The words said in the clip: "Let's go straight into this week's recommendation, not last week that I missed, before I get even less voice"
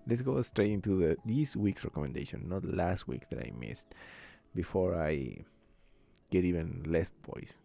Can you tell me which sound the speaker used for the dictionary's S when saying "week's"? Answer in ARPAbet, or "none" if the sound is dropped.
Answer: S